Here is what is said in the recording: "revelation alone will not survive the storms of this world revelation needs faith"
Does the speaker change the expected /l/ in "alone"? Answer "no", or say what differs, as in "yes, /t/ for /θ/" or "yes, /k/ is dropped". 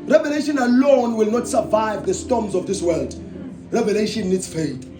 no